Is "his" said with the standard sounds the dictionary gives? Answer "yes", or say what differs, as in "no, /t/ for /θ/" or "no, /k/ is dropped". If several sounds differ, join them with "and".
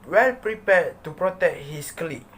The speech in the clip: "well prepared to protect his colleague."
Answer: no, /s/ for /z/